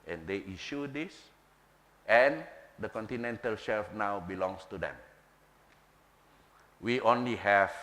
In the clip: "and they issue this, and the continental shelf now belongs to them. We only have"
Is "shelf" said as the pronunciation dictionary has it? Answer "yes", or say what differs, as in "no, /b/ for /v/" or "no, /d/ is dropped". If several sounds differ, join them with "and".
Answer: yes